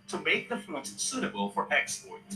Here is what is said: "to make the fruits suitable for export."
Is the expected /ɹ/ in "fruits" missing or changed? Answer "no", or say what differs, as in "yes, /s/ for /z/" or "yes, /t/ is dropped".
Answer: yes, /ɹ/ is dropped